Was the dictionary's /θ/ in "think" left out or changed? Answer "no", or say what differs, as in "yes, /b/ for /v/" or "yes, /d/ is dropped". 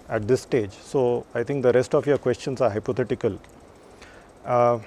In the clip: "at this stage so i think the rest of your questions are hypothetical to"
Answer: yes, /t/ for /θ/